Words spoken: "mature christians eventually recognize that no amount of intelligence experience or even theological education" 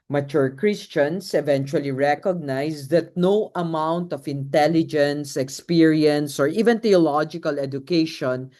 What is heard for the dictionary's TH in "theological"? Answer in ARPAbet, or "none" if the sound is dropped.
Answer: T